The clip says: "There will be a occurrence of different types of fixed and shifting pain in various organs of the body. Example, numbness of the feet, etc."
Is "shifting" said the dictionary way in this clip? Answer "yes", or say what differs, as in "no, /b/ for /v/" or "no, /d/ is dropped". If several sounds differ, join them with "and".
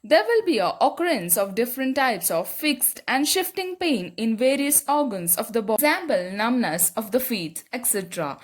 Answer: yes